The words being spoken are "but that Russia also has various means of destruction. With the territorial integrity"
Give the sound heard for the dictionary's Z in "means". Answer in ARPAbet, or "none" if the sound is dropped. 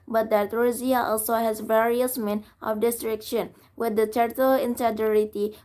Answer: none